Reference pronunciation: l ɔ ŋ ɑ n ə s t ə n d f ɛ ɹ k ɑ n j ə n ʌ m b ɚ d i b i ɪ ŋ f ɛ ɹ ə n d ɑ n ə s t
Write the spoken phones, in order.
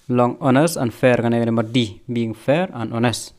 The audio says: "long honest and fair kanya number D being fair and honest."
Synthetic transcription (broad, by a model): l ɔ ŋ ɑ n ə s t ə n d f ɛ ɹ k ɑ n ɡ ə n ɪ m ɚ d i b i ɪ ŋ f ɛ ɹ ə n d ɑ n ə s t